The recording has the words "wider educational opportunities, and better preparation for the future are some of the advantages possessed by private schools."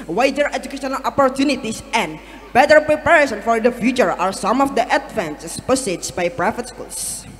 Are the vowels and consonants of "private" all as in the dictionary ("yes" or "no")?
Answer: no